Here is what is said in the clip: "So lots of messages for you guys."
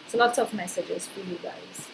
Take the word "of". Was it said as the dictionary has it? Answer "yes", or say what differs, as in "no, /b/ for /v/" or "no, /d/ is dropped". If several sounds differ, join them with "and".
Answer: no, /p/ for /v/